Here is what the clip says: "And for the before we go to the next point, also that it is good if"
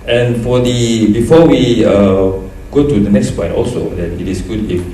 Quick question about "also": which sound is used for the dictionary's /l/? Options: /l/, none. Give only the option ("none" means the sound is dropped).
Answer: /l/